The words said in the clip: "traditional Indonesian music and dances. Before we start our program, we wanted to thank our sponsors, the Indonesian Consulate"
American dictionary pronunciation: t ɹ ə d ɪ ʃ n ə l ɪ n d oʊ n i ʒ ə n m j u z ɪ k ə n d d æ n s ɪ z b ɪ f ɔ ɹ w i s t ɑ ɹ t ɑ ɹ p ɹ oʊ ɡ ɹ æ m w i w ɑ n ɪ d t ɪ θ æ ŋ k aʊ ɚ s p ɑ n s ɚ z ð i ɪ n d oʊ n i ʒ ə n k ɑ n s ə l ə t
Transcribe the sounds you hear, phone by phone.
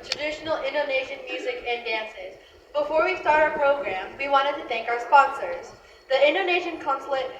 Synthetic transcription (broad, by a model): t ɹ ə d ɪ ʃ n l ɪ n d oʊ n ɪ ʃ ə n m j u z ɪ k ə n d d æ n s ɪ z b ɪ f ɔ ɹ w i s t ɑ ɹ t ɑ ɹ p ɹ oʊ ɡ ɹ æ m w i w ɑ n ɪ d t ɪ θ æ ŋ k aʊ ɚ s p ɑ n s ɚ z ð i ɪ n d oʊ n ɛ ʃ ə n k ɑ n s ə l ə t